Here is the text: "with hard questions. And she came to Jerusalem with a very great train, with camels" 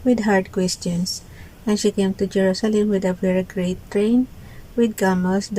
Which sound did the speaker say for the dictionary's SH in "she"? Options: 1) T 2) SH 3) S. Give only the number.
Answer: 2